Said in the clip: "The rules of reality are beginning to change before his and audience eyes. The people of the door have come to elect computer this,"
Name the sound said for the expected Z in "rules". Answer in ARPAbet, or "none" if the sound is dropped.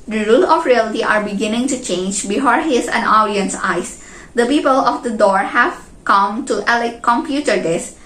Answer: none